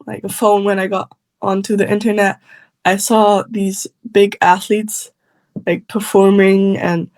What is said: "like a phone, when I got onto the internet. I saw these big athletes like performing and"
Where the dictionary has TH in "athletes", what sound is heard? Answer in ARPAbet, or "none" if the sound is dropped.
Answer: TH